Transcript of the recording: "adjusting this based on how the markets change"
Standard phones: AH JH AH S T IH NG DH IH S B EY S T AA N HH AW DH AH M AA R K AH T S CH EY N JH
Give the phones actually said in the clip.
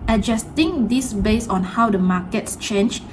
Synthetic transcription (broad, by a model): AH JH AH S T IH NG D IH S B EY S AA N HH AW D AH M AA K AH T S CH EY N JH